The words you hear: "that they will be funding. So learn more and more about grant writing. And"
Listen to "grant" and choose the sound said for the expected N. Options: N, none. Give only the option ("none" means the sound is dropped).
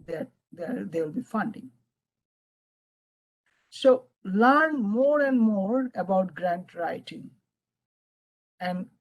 N